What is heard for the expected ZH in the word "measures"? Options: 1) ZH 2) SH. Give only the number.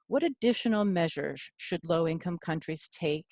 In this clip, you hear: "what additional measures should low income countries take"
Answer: 1